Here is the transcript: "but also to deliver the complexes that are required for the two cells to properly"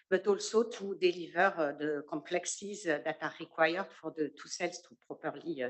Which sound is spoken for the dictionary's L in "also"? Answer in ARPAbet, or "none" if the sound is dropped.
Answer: L